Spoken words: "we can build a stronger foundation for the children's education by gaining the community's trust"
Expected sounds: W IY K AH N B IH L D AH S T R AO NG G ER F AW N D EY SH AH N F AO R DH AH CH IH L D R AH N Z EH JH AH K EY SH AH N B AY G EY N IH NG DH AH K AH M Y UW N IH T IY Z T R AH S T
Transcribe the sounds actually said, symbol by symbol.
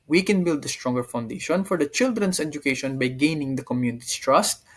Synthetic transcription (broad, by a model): W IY K AH N B IH L D AH S T R AO NG G ER F AW N D EY SH AH N F AO R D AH CH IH L D R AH N S EH JH AH K EY SH AH N B AY G EY N IH NG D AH K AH M Y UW N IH T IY S T R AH S T